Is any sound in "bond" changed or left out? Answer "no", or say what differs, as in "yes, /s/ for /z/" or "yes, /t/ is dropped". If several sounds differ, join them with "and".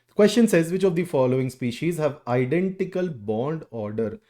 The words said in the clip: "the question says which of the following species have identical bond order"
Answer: no